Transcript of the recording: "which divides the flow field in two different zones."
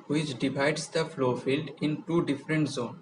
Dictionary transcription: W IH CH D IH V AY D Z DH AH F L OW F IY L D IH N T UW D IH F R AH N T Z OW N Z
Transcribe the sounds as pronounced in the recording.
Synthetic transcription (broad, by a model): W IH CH D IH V AY D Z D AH F L OW F IY L D IH N T UW D IH F R AH N T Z OW N